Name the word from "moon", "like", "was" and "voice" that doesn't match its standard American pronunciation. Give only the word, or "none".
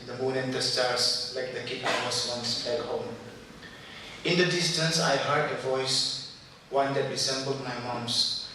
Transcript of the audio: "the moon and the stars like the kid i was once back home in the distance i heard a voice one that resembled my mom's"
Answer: was